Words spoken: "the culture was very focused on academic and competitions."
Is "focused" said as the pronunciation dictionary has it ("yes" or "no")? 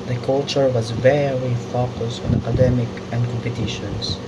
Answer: yes